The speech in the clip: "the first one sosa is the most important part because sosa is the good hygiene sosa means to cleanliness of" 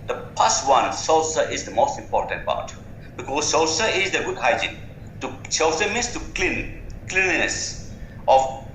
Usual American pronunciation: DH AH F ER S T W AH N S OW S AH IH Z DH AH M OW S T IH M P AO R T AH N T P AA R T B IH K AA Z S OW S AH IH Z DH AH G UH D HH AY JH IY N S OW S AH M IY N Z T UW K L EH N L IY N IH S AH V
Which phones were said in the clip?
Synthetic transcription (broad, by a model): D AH P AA S W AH N S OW S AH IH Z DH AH M OW S T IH M P AO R T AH N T P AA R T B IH K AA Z S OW S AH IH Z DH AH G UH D HH AY JH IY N S OW S AH M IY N S T UW K L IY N L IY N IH S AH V